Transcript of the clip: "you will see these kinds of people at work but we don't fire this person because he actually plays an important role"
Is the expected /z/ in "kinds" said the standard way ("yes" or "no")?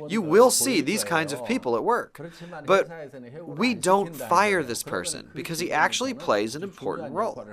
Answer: yes